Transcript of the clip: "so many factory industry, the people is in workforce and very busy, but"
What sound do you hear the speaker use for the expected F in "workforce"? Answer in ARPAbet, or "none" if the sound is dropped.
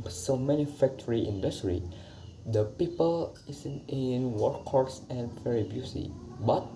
none